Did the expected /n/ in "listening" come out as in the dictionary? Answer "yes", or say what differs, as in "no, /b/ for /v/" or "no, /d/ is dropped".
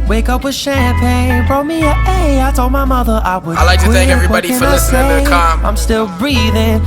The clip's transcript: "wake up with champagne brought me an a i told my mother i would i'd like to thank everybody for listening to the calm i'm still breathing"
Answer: no, /n/ is dropped